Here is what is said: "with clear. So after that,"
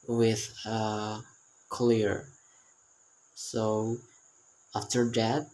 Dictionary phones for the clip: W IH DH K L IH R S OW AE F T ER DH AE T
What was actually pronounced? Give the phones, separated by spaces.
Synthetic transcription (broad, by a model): W IH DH K L IH R S OW AE F T ER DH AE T